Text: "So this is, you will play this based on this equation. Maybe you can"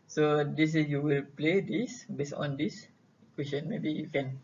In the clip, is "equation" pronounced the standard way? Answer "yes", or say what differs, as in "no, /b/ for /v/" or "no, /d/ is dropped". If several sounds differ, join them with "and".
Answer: no, /s/ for /ʒ/